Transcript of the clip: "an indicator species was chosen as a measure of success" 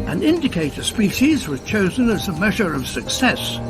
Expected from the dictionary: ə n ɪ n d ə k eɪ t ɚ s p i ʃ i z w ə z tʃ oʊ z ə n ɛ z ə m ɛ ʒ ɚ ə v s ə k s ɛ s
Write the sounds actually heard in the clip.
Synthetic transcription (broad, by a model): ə n ɪ n d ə k eɪ t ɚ s p i ʃ i z w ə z tʃ oʊ z ə n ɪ z ə m ɛ ʒ ɚ ə v s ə k s ɛ s